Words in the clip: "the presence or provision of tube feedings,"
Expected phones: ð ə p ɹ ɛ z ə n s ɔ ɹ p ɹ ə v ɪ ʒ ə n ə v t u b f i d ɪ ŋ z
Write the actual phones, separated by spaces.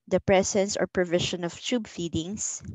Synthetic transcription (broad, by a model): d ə p ɹ ɛ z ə n s ɔ ɹ p ɹ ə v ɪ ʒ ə n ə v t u b f i d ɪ ŋ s